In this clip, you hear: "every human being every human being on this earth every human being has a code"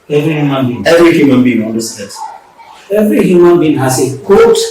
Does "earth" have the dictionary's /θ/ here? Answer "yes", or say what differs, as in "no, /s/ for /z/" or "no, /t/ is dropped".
no, /s/ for /θ/